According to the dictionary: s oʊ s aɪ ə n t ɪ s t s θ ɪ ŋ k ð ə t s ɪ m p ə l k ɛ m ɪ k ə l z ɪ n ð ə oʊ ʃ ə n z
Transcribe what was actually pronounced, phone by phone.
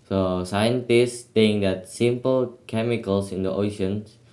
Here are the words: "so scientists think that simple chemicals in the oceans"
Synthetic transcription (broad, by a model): s oʊ s aɪ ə n t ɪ s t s t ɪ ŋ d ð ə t s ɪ m p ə l k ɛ m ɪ k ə l s ɪ n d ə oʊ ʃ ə n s